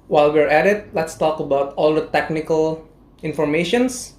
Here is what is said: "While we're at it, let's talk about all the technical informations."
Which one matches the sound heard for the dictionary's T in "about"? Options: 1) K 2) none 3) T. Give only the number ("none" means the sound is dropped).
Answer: 3